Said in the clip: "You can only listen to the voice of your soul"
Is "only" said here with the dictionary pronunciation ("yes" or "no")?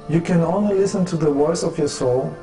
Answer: yes